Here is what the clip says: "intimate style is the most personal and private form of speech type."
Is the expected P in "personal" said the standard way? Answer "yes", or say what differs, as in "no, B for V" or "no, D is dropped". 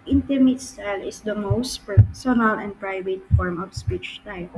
yes